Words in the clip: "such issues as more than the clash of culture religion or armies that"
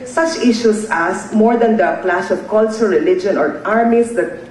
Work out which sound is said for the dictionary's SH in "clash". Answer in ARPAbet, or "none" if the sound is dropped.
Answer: S